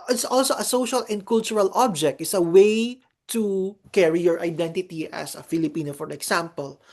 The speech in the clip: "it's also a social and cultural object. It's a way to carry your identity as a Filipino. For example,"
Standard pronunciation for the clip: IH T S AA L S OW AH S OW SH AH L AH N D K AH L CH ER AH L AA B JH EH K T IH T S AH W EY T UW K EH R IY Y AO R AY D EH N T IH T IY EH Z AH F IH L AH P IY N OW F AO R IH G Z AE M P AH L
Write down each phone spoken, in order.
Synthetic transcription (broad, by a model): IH T S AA L S OW AH S OW SH AH L AH N D K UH L CH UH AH L AA B JH EH K T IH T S AH W EY T UW K EH R IY Y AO R AY D EH N T IH T IY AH S AH F IH L AH P IY N OW F AO R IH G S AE M P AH L